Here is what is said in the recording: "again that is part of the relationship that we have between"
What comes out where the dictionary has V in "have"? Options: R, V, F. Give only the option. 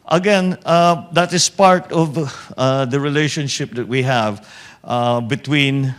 V